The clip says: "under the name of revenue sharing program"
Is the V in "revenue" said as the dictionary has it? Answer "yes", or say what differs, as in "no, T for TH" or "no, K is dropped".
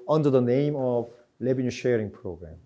no, B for V